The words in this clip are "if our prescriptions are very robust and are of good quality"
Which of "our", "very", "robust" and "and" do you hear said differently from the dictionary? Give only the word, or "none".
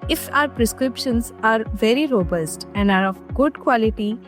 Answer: none